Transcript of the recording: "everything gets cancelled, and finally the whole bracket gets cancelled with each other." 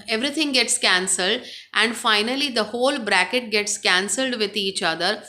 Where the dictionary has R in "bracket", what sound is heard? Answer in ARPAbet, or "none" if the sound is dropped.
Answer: R